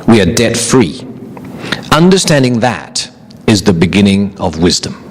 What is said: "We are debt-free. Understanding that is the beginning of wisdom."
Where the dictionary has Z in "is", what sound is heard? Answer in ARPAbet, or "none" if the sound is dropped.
Z